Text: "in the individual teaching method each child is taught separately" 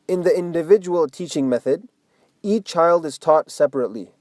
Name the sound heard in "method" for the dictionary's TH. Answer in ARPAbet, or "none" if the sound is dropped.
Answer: TH